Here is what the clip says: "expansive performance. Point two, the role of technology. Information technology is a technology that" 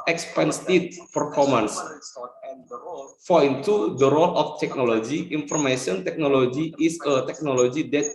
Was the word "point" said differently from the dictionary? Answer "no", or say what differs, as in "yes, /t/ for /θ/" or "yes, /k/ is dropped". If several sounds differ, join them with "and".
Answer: yes, /f/ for /p/